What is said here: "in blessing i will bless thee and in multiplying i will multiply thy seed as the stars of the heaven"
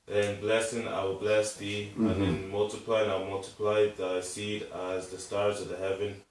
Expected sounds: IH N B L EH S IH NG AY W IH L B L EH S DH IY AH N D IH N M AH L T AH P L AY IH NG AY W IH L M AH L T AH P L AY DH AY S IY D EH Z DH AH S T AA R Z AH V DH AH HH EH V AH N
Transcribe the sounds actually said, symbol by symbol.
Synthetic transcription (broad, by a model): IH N B L EH S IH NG AY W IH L B L EH S DH IY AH N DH IH N M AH L T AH P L AY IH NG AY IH M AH L T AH P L AY DH AY S IY D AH Z DH AH S T AA R Z AH V DH AH HH EH V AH N